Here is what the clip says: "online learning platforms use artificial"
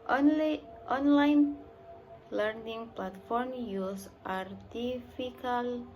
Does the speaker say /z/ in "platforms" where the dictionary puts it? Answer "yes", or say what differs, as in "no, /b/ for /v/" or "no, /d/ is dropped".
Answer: no, /z/ is dropped